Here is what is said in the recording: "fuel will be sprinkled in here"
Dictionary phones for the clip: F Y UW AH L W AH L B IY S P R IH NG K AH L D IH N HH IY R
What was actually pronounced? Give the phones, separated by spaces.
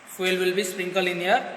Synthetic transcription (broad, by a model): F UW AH L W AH L B IY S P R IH NG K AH L IH N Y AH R